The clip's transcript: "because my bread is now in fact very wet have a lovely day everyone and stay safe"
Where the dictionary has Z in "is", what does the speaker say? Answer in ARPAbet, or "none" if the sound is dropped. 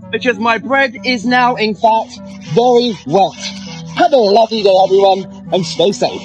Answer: Z